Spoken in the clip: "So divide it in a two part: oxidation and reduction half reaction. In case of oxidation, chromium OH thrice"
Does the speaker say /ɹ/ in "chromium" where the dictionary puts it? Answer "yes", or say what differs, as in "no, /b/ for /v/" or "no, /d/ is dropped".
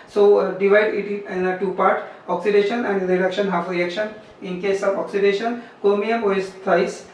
no, /ɹ/ is dropped